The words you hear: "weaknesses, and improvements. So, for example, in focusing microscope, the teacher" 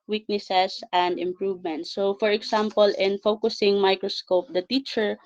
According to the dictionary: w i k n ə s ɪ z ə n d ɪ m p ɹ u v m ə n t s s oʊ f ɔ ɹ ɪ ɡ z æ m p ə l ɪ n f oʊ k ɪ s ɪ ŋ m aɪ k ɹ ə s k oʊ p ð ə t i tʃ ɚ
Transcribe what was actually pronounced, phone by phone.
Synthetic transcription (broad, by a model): w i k n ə s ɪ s ə n d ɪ m p ɹ u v m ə n t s s oʊ f ɔ ɹ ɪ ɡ s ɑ m p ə l ɪ n f oʊ k ɪ s ɪ ŋ m aɪ k ɹ ə s k oʊ p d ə t i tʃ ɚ